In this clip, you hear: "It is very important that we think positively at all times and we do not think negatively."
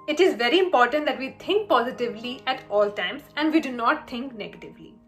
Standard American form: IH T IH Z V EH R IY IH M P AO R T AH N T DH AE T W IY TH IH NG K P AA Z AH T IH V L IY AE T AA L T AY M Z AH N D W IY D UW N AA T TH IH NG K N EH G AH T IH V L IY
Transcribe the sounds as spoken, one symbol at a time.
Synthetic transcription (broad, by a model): IH T IH Z V EH R IY IH M P AO R T AH N T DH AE T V IY T IH NG K P AA Z AH T IH V L IY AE T AA L T AY M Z AH N D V IY D UW N AA T T IH NG K N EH G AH T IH V L IY